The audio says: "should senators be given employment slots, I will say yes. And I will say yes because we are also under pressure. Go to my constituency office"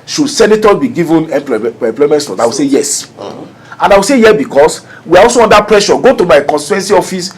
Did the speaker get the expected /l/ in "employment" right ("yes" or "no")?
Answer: yes